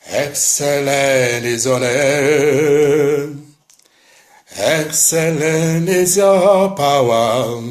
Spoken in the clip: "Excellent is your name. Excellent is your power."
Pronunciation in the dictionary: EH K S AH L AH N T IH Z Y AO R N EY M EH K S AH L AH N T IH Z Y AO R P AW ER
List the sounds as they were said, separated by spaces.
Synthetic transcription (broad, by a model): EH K S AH L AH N IH Z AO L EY EH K S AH L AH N IH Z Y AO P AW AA